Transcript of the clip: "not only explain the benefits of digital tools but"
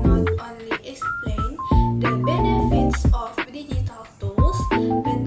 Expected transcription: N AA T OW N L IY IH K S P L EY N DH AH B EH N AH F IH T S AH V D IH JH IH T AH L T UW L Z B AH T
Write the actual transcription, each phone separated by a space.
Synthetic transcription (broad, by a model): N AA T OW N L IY IH K S P L EY N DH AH B EH N AH F IH T S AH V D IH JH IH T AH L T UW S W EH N